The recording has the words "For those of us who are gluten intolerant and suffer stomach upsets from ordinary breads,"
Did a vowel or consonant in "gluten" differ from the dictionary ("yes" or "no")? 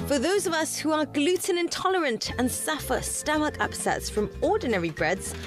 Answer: no